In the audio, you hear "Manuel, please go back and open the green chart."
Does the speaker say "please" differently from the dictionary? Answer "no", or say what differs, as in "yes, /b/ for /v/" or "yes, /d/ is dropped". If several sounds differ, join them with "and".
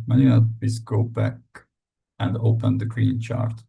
yes, /l/ is dropped